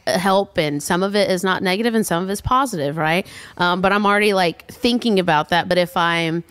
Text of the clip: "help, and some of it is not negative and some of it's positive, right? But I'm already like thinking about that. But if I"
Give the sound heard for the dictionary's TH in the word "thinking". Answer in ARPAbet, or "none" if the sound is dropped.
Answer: TH